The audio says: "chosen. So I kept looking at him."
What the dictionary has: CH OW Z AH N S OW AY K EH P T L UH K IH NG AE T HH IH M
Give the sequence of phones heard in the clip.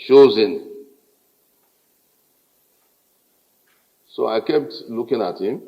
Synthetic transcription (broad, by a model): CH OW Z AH N S OW AY K EH P T L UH K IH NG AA T HH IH M